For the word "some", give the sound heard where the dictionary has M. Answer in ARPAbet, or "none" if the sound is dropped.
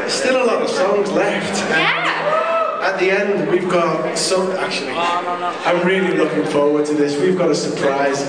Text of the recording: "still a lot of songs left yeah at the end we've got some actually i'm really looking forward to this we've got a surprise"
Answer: none